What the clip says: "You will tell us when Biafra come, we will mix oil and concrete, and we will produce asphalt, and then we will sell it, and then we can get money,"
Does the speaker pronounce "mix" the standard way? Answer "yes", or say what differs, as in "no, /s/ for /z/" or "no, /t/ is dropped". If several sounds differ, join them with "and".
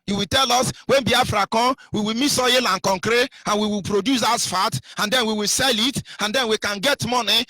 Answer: no, /k/ is dropped